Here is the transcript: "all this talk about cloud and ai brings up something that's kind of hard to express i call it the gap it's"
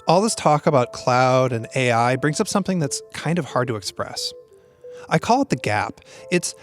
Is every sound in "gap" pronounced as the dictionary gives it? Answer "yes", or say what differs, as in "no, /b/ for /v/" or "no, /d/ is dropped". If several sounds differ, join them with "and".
yes